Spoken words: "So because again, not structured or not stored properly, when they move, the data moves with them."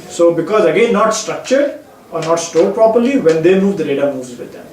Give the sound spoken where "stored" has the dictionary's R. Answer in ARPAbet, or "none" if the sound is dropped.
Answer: L